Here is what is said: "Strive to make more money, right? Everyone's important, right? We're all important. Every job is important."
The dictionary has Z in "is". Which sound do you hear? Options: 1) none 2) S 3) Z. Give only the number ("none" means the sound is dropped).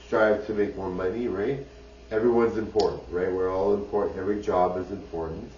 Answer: 3